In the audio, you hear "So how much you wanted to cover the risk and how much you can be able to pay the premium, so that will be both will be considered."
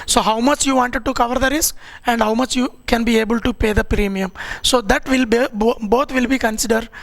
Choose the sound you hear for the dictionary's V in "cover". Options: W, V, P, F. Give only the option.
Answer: V